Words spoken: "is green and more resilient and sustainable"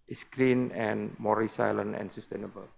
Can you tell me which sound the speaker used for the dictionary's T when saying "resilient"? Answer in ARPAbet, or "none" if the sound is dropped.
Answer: none